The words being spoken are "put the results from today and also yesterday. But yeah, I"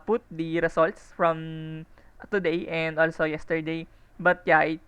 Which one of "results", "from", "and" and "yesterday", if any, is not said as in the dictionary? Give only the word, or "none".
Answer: results